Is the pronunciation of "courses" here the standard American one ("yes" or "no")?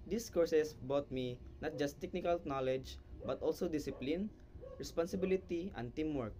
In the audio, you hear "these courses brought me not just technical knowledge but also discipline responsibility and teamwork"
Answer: no